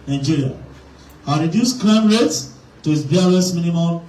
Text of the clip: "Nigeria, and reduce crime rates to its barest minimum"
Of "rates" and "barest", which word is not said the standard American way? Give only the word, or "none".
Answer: barest